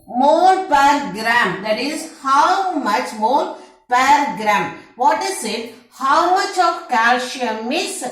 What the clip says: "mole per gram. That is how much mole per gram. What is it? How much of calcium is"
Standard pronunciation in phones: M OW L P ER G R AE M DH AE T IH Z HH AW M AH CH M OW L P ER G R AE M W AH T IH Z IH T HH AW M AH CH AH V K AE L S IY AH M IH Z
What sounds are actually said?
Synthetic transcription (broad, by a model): M OW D P ER G R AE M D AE T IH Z HH AW M AH CH M OW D P ER G R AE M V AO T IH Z IH T HH AW M AH CH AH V K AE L SH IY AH M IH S